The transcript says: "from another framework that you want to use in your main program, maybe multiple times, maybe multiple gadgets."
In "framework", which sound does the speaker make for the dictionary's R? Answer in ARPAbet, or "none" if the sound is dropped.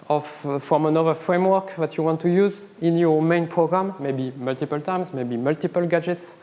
R